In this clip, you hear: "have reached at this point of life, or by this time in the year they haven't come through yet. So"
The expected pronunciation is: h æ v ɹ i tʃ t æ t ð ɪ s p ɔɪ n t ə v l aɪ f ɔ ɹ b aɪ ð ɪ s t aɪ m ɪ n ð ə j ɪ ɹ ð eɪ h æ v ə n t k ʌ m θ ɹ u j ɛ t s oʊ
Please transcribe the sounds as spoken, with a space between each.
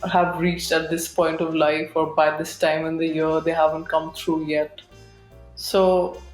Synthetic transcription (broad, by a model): h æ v ɹ i tʃ t æ t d ɪ s p ɔɪ n t ə v l aɪ f ɔ ɹ b aɪ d ɪ s t aɪ m ɪ n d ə j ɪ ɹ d eɪ h æ v ə n t k ʌ m t ɹ u j ɛ t s oʊ